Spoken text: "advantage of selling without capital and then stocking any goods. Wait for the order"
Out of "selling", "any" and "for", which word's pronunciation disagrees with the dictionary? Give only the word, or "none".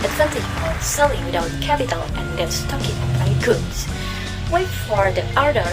any